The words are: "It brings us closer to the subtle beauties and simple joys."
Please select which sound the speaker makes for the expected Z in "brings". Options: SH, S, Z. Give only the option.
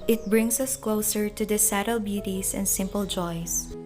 S